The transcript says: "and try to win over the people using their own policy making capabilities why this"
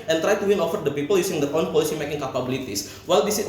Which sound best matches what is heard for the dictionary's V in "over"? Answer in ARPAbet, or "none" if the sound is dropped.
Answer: F